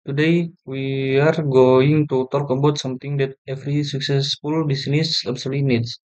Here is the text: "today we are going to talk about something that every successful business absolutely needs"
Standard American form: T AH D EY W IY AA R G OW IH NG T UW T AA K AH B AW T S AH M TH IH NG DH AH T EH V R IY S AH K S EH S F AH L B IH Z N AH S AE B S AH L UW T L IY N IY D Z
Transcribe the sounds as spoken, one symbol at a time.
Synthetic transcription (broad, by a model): T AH D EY W IY AA R G OW IH NG T UW T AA K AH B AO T S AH M T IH NG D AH T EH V R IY S AH K S EH S F AH L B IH S N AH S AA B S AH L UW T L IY N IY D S